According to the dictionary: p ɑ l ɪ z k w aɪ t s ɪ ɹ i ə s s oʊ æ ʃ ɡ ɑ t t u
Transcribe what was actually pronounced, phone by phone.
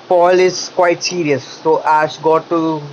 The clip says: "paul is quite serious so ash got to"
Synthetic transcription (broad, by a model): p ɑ l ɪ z k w aɪ t s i ɹ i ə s s oʊ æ s ɡ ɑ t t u